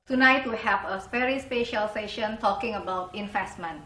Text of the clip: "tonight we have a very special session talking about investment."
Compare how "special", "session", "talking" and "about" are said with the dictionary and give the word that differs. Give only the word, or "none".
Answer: none